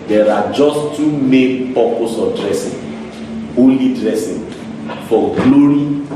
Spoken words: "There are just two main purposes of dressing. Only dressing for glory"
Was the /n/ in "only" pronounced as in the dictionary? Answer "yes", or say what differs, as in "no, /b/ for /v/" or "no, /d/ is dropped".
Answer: no, /n/ is dropped